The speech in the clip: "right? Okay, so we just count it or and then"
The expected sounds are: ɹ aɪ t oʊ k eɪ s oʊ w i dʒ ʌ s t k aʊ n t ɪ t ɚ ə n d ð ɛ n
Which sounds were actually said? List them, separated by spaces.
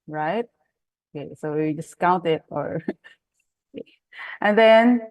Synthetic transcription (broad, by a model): ɹ aɪ t oʊ k eɪ s oʊ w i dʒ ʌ s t k aʊ n t ɪ t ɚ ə n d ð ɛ n